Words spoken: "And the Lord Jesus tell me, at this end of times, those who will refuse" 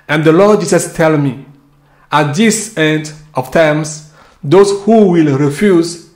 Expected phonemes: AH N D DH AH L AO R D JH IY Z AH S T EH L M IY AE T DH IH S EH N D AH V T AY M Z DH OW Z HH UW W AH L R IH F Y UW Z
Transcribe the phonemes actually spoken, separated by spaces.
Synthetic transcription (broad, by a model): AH N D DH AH L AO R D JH IY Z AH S T EH L M IY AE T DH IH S EH N D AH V T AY M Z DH OW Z HH UW W AH L R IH F Y UW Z